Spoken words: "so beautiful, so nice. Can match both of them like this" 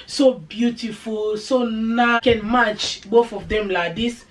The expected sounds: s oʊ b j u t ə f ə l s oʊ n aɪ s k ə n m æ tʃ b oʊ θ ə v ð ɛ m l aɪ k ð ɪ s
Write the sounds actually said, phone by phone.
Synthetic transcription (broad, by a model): s oʊ b j u t ə f ə l s oʊ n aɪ k ə n m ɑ tʃ b oʊ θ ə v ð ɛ m l aɪ k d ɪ s